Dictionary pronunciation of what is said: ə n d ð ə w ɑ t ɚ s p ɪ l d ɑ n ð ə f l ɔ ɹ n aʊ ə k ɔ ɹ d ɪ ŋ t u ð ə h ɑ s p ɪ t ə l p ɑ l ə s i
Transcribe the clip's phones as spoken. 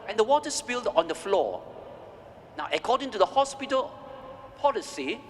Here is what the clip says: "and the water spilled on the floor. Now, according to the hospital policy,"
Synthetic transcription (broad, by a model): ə n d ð ə w ɑ t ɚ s b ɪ l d ɑ n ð ə f l ɔ n aʊ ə k ɔ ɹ d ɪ ŋ t u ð ə h ɑ s p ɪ t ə l p ɑ l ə s i